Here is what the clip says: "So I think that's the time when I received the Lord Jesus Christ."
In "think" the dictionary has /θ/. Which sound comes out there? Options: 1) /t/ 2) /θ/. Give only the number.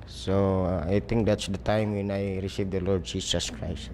1